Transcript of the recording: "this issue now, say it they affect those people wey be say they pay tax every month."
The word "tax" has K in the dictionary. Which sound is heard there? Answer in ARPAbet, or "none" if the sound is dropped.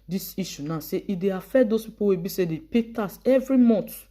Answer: none